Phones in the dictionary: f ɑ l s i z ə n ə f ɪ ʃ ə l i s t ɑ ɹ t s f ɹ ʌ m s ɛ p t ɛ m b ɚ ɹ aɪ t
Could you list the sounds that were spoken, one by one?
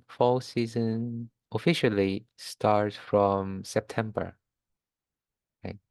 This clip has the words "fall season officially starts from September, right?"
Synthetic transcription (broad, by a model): f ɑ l s i z ə n ə f ɪ ʃ ə l i s t ɑ ɹ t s f ɹ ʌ m s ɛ p t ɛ m b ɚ ɹ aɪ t